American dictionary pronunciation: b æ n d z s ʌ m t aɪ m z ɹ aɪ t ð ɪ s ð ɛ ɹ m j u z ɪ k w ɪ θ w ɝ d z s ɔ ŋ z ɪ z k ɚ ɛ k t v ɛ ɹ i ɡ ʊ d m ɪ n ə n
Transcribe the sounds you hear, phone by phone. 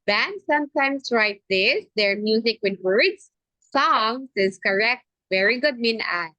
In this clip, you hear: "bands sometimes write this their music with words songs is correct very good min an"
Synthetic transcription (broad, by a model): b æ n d s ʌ m t aɪ m s ɹ aɪ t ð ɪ s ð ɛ ɹ m j u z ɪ k w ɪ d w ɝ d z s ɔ ŋ s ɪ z k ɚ ɛ k t v ɛ ɹ i ɡ ʊ d m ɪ n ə